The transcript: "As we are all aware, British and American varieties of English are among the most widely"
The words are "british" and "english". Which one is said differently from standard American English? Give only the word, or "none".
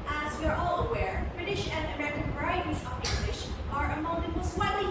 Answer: none